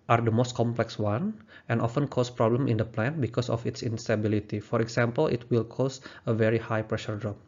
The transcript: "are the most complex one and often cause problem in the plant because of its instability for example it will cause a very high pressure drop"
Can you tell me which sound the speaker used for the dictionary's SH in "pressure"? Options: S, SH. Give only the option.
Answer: SH